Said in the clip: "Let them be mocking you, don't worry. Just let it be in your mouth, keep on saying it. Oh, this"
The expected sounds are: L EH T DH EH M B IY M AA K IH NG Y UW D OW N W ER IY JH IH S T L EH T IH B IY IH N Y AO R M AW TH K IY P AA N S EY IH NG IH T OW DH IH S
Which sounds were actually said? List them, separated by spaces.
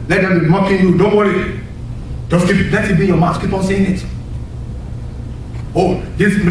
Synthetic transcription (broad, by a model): L EH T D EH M B IY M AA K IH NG Y UW D OW N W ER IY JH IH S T L EH T IH B IY Y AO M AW S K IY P AA N S EY IH NG IH T OW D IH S